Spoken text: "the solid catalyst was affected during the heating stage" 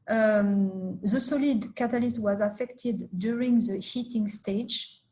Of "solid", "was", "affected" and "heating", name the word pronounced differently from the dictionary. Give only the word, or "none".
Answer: none